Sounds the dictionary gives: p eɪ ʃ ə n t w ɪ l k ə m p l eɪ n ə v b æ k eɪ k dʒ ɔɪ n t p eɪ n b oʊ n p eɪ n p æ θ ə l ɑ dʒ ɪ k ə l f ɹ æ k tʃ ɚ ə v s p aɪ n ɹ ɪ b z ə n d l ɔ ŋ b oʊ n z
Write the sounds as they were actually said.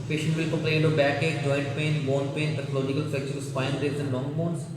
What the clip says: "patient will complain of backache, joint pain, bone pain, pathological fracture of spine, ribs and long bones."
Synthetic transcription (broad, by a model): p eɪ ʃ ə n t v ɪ l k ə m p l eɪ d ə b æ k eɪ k dʒ ɔɪ n t p eɪ n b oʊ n p eɪ n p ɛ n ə l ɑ dʒ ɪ k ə l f ɛ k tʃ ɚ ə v s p aɪ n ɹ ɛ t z ə n d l ɔ ŋ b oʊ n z